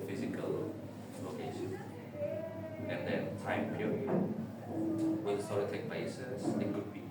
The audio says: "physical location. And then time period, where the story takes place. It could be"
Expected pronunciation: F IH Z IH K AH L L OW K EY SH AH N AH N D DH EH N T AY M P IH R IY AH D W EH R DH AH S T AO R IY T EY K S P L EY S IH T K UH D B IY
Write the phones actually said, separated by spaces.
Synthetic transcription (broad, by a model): F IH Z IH K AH L L OW K EY SH AH N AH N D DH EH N T AY M P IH R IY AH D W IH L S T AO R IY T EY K P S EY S IH T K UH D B IY